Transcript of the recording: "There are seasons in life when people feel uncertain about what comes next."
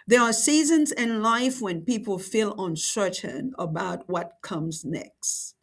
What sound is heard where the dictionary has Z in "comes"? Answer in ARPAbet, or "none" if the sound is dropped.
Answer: Z